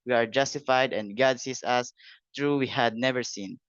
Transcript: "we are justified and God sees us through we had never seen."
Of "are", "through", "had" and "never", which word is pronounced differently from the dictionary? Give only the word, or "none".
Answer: through